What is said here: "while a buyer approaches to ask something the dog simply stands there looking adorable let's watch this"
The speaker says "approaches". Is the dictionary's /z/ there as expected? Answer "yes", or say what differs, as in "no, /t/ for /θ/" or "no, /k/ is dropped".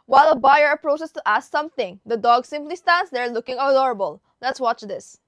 no, /s/ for /z/